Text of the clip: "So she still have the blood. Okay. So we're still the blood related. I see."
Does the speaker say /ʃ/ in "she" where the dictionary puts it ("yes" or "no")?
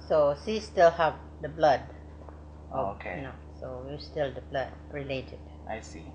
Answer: no